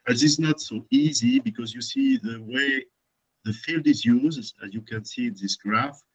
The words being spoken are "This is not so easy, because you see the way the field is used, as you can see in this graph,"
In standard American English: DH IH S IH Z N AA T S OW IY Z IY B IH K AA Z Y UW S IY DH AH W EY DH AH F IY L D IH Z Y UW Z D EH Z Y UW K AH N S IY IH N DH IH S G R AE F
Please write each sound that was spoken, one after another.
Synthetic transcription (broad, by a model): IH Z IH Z N AA T S OW IY Z IY B IH K AA Z Y UW S IY DH AH W EY DH AH F IY L D IH Z Y UW Z D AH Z Y UW K AH N S IY IH N DH IH S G R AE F